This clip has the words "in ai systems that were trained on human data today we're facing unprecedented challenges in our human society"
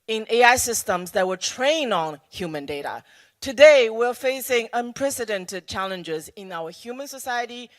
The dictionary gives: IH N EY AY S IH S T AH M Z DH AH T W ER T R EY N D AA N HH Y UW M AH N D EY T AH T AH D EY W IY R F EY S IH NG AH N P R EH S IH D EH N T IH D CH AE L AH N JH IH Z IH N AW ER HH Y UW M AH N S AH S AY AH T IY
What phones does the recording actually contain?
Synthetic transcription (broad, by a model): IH N EY AY S IH S T AH M Z DH AH T W ER T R EY N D N HH Y UW M AH N D EY T AH T AH D EY W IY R F EY S IH NG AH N P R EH S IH D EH N T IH D CH AE L AH N JH IH Z IH N AW ER HH Y UW M AH N S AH S AY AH T IY